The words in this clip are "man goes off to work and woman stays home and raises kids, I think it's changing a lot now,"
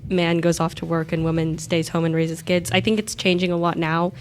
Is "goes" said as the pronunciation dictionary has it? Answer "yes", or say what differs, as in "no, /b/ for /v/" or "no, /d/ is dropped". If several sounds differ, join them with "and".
yes